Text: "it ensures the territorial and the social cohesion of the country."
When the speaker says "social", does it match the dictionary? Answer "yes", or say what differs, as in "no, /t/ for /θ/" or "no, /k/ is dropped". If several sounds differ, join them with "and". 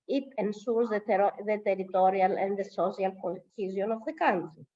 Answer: no, /s/ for /ʃ/